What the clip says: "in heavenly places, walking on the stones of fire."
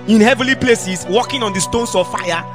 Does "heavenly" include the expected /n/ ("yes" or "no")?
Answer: no